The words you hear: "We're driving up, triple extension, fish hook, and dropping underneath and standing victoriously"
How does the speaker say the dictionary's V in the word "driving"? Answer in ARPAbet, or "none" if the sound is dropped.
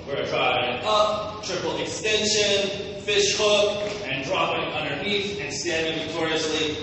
none